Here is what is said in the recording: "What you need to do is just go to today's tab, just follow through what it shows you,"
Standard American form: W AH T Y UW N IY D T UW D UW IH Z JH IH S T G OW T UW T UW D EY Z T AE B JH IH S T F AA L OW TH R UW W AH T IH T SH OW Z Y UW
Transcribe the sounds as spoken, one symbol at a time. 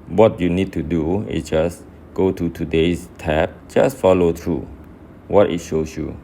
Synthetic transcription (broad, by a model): W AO T Y UW N IY D T UW D UW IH S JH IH S G OW T UW T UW D EY S T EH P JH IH S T F AA L OW T R UW W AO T IH T SH OW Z Y UW